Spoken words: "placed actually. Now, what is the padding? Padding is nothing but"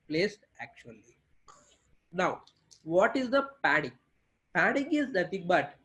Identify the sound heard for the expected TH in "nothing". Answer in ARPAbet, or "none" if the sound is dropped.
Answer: T